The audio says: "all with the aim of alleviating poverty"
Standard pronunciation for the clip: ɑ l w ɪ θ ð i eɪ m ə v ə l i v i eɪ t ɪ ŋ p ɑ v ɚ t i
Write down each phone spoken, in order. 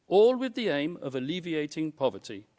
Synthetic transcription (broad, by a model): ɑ l w ɪ ð i eɪ m ə v ə l i v i eɪ t ɪ ŋ p ɑ v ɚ t i